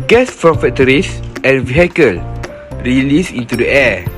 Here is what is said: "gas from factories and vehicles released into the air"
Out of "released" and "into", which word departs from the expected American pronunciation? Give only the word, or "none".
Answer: released